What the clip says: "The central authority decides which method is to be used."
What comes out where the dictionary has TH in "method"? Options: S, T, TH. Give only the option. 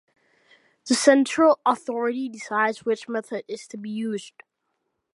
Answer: TH